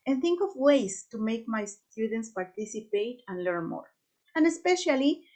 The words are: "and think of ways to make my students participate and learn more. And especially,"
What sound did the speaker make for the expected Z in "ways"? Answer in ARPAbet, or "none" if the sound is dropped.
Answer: S